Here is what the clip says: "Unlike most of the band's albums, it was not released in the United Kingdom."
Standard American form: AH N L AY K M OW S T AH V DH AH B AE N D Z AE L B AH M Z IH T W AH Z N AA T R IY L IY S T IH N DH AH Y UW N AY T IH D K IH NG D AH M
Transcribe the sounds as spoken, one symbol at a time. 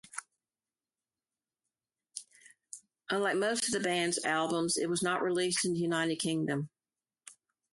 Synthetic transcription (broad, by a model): AH N L AY K M OW S T AH V DH AH B AE N D Z AE L B AH M Z IH T W AH Z N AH T R IY L IY S T IH N DH AH Y UW N AY T IH D K IH NG D AH M